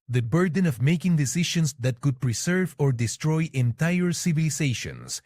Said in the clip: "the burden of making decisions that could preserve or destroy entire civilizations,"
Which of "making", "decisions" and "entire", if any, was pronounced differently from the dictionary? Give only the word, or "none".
decisions